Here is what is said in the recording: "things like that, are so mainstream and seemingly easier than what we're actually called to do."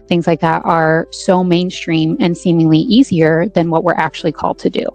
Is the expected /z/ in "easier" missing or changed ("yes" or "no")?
no